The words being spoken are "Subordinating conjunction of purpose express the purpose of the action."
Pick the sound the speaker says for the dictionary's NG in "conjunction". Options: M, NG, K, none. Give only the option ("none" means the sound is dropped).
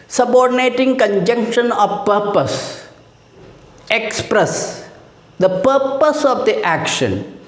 NG